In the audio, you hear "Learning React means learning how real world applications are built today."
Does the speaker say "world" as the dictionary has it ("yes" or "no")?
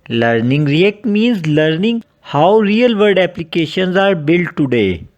no